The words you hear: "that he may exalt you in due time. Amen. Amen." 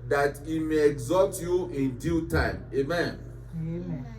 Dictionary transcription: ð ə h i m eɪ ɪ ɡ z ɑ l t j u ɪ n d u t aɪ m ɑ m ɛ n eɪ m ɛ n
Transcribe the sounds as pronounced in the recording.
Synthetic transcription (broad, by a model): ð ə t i m eɪ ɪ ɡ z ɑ t j u ɪ n d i t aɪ ɑ m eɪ m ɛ n